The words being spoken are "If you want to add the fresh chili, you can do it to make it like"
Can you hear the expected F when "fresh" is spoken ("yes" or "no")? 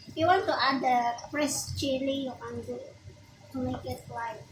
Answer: no